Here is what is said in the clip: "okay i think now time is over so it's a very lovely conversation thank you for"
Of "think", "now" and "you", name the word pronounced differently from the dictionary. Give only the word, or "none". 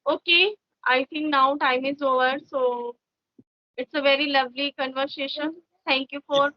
think